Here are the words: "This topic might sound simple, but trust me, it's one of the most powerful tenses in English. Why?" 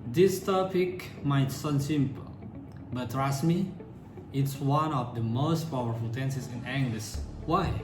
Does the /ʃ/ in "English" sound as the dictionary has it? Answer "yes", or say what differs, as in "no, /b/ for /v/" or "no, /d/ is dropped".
no, /s/ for /ʃ/